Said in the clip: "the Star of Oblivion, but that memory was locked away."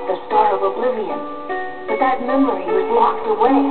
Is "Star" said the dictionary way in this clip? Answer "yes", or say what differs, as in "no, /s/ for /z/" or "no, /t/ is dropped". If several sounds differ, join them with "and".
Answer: no, /l/ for /ɹ/